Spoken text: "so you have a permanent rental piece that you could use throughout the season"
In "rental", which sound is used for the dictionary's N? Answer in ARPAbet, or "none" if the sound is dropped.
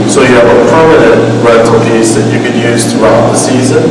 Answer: none